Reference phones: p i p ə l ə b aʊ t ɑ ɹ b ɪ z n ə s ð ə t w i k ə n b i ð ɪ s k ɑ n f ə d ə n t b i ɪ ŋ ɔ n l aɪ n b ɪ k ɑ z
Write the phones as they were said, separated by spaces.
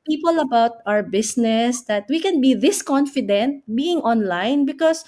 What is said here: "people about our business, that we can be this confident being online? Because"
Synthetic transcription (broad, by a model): p i p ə l ə b aʊ t ɑ ɹ b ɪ s n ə s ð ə t w i k ə n b i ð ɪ s k ɑ n f ə d ə n t b i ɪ ŋ ɔ n l aɪ n b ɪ k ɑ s